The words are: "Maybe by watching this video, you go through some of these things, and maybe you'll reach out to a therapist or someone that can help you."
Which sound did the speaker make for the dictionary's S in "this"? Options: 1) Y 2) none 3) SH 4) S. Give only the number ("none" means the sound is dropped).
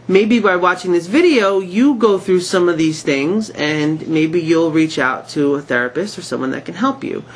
4